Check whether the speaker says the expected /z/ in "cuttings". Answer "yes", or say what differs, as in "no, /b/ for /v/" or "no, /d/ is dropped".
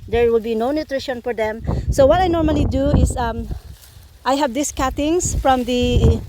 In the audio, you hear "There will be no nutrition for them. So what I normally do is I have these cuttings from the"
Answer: no, /s/ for /z/